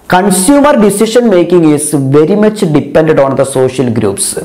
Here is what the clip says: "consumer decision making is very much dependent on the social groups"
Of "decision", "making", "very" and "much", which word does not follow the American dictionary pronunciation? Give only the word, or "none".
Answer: decision